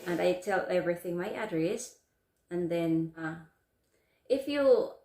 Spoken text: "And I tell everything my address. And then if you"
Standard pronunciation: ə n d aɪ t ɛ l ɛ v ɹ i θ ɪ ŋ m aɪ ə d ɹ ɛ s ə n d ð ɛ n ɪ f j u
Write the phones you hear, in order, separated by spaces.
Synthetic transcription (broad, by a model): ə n aɪ t ɛ l ɛ v ɹ i θ ɪ ŋ m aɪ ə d ɹ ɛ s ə n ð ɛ n ɪ f j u